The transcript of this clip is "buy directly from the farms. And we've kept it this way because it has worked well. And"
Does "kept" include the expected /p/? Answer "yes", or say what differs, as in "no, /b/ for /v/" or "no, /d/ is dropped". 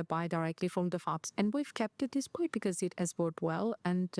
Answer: yes